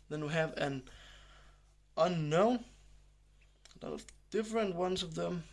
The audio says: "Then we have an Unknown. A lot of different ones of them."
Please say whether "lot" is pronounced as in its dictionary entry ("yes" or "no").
no